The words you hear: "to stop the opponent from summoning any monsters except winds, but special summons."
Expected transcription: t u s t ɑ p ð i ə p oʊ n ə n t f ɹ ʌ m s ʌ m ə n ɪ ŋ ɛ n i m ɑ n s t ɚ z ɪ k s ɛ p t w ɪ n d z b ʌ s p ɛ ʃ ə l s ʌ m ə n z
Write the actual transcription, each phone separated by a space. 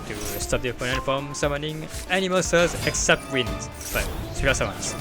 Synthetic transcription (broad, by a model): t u s t ɑ p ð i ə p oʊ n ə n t f ɹ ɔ m s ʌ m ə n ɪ ŋ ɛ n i m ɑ s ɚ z ɪ k s ɛ p t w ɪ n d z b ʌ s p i ə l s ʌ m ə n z